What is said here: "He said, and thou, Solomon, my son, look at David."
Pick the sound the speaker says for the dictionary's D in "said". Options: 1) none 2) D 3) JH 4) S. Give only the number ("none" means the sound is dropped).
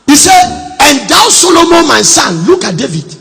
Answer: 1